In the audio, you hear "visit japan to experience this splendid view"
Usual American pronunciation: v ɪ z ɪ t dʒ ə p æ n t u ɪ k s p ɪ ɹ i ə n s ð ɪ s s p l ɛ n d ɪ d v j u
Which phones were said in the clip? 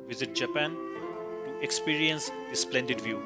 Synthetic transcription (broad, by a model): v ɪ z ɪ t dʒ ə p æ n t u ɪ k s p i ɹ i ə n s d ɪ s s p l ɛ n d ɪ d v j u